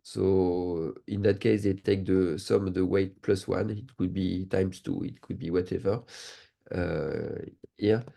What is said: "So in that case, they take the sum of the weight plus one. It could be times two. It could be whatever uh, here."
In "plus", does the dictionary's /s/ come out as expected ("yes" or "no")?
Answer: yes